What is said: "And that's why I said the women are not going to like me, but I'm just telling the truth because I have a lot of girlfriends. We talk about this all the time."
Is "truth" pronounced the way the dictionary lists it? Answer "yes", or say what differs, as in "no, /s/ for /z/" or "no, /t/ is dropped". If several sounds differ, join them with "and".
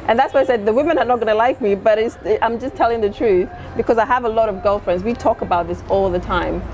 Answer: yes